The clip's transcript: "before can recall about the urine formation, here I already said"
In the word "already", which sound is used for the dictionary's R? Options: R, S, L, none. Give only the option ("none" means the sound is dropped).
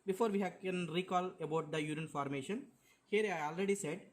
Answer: R